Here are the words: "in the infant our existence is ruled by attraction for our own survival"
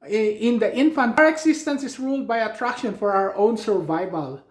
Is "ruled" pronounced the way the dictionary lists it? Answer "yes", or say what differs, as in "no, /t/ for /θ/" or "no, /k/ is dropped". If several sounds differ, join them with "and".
yes